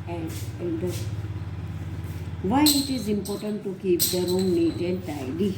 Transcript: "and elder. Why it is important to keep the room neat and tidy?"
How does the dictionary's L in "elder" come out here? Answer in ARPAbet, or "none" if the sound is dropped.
N